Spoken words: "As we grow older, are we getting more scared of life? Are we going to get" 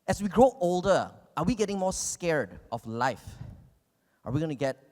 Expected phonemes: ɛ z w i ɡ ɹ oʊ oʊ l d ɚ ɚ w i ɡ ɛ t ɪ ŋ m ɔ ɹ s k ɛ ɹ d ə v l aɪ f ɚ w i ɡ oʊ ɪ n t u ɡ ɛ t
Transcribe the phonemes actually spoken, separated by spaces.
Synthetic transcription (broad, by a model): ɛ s w i ɡ ɹ oʊ oʊ l d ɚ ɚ w i ɡ ɛ t ɪ ŋ m ɔ s k ɛ ɹ d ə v l aɪ f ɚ w i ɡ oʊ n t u ɡ ɛ t